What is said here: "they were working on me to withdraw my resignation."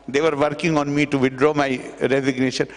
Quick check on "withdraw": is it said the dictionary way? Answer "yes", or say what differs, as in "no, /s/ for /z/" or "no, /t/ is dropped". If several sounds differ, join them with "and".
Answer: no, /t/ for /θ/